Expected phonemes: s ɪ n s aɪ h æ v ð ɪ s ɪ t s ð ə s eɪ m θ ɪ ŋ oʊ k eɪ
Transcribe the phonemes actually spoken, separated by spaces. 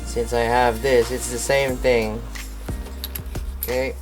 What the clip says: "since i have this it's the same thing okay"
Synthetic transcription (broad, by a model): s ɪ n s aɪ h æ v ð ɪ s ɪ t s ð ə s eɪ m θ ɪ ŋ oʊ k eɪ